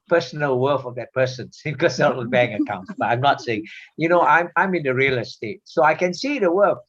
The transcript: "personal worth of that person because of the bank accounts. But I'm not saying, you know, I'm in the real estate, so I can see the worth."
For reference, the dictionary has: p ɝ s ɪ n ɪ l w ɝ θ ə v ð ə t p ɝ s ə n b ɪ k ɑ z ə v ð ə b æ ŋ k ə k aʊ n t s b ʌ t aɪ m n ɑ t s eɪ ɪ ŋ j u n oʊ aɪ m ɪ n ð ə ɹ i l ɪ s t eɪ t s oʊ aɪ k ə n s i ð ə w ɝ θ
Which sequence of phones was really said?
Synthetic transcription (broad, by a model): p ɝ s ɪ n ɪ l w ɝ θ ə v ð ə t p ɝ s ə n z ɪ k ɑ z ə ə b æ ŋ ə k aʊ n t s b ʌ t aɪ m n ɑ t s eɪ ɪ ŋ j u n oʊ aɪ m ɪ n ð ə ɹ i l ɪ s t eɪ t s oʊ aɪ k ə n s i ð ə w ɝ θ